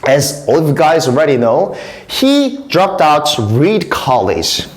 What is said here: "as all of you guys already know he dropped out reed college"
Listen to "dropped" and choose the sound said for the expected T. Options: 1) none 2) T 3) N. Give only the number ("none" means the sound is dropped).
2